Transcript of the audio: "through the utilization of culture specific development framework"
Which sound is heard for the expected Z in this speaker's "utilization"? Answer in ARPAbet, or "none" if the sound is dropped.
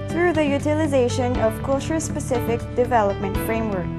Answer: Z